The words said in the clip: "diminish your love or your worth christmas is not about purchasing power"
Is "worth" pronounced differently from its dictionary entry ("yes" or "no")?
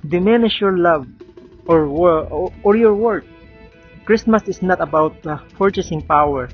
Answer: yes